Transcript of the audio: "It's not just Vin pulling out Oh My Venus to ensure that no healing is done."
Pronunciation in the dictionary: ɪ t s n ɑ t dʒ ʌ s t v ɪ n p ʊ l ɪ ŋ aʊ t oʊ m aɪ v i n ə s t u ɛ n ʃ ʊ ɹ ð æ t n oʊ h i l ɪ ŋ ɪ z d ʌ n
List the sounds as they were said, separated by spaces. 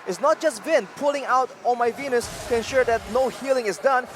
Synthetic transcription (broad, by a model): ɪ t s n ɑ t dʒ ʌ s t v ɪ n p ʊ l ɪ ŋ aʊ t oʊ m aɪ v i n ə s t u ɛ n ʃ ʊ ɹ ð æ t n oʊ h i l ɪ ŋ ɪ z d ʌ n